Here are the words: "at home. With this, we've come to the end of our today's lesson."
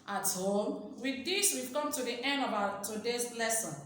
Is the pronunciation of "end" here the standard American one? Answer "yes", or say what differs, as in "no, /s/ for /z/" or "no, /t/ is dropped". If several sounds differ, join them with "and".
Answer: no, /d/ is dropped